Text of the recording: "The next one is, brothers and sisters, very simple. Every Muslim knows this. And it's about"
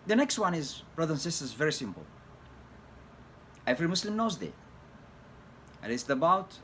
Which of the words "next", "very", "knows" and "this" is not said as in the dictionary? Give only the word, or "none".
this